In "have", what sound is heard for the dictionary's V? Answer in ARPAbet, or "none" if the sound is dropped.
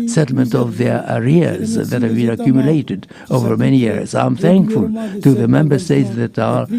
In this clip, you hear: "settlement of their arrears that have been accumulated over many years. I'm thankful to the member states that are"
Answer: V